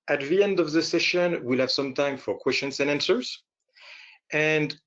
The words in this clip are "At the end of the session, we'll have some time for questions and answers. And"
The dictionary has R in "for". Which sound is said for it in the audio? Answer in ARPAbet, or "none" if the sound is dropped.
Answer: R